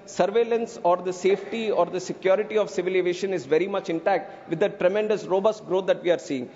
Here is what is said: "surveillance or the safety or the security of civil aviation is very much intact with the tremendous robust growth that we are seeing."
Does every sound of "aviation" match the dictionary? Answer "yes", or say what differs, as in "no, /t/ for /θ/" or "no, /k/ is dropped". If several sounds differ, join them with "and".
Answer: no, /v/ is dropped